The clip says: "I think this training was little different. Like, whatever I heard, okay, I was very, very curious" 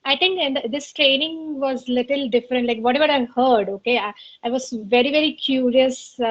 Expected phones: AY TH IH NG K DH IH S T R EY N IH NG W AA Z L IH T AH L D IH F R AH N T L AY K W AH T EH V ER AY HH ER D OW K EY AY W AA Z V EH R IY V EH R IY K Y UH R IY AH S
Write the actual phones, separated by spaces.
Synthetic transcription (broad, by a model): AY T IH NG K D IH S T R EY N IH NG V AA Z L IH T AH L D IH F R AH N T L AY K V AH T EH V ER AY HH ER D OW K EY AY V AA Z V EH R IY V EH R IY K Y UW R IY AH S